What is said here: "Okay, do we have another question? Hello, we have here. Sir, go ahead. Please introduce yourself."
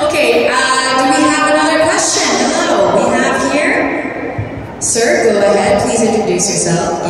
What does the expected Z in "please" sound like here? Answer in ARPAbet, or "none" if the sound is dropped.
Z